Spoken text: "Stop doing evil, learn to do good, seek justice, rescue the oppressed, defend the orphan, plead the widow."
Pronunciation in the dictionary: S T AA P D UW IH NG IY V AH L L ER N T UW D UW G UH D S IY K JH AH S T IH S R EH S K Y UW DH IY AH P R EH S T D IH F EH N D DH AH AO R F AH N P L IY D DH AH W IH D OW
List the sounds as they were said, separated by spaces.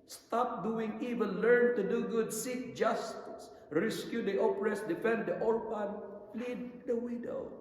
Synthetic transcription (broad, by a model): S T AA P D UW IH NG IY V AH N L ER N T UW D UW G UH D S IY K JH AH S T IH S R EH S K Y UW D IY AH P R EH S D IH F EH N D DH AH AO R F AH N P L IY D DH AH W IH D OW